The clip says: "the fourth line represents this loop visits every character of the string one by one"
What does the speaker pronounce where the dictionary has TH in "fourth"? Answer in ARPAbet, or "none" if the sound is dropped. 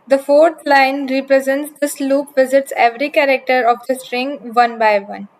T